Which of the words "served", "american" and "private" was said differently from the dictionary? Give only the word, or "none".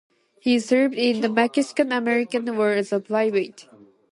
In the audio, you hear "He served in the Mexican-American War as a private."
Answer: private